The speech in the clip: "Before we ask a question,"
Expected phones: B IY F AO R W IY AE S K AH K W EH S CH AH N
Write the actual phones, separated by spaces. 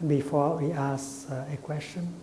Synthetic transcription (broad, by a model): B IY F AO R W IY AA S AH K W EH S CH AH N